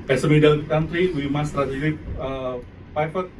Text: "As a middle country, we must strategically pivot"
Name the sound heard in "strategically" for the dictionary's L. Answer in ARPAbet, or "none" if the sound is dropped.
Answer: none